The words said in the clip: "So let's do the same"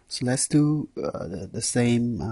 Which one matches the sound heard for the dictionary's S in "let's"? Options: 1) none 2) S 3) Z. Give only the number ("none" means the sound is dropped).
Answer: 2